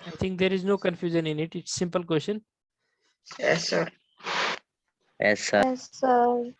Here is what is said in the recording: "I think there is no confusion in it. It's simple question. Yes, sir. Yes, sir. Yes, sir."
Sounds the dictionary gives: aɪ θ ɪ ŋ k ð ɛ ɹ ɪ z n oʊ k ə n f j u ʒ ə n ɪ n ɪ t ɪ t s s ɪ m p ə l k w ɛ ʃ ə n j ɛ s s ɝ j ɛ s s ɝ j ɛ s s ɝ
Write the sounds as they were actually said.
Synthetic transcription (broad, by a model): aɪ t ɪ ŋ k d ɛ ɹ ɪ z n oʊ k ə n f j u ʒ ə n ɪ n ɪ t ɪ t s s ɪ m p ə l k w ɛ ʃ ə n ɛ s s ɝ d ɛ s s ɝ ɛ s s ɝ